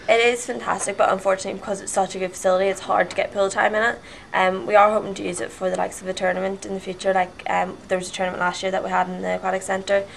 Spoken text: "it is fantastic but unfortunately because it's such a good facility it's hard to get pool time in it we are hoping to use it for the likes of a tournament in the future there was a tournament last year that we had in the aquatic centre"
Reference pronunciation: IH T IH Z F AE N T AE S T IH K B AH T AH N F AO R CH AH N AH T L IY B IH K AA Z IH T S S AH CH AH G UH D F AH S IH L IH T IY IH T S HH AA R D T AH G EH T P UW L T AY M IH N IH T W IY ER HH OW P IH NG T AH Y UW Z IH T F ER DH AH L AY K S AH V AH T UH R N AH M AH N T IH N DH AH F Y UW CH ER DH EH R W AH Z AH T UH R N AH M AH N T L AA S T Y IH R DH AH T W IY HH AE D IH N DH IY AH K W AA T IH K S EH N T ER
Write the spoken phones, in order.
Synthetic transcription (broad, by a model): IH T IH Z F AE N T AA S T IH K B AH T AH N F AO R CH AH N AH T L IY B IH K AA Z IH T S S AH CH AH G UH D F AH S IH L IH T IY IH T S HH AA R D T AH G EH T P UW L T AY M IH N IH T W IY ER HH OW P IH NG T AH Y UW Z IH T F ER DH AH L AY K S AH V AH T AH R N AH M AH N T IH N DH AH F Y UW CH ER DH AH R W AH Z AH T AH R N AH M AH N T L AA S T Y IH R DH AH T W IY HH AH D IH N DH IY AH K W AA T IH K S EH N T ER